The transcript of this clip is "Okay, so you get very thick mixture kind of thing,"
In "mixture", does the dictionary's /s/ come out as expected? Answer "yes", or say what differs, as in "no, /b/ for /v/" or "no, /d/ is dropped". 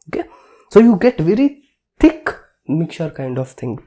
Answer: no, /s/ is dropped